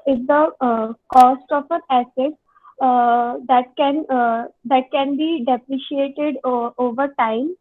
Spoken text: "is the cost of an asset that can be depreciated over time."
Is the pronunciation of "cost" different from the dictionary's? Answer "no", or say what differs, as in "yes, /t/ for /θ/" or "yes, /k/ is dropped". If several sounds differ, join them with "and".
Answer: no